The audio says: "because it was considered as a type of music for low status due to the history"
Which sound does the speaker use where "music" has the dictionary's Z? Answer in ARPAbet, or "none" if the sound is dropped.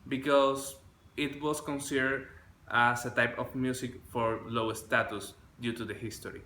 S